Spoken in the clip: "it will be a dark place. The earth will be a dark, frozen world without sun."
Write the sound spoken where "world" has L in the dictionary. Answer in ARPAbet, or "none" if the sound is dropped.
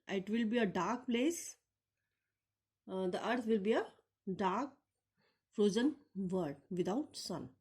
none